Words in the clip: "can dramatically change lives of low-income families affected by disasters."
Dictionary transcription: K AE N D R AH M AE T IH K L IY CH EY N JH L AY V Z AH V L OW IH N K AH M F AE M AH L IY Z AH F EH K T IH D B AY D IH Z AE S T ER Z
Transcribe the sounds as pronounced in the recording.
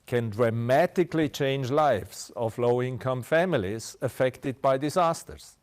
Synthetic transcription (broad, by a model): K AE N D R AH M AE T IH K L IY CH EY N JH L AY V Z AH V L OW IH N K AH M F AE M AH L IY Z AH F EH K T IH D B AY D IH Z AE S T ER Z